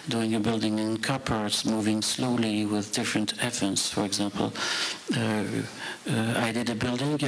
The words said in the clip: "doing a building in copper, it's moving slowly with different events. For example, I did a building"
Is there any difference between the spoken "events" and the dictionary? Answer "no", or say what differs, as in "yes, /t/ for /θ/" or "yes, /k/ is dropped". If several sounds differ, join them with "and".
yes, /f/ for /v/